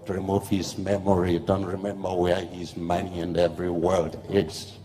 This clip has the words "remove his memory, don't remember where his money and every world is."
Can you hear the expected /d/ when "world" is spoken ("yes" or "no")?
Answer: yes